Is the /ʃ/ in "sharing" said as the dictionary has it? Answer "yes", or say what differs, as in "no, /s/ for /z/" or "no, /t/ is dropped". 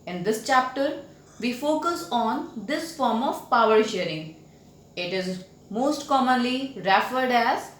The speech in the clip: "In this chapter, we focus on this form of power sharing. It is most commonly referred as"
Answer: yes